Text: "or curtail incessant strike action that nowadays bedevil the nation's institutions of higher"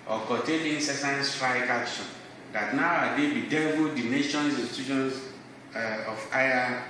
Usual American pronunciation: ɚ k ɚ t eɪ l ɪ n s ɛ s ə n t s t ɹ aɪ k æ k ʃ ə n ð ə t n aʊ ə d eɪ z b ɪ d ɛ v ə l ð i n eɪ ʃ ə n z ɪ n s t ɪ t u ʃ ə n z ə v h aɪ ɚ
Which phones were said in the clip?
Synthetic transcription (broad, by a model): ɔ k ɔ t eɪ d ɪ n s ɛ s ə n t s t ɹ aɪ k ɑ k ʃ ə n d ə t n aʊ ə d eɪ b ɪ d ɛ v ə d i n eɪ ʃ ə n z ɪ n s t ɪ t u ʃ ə n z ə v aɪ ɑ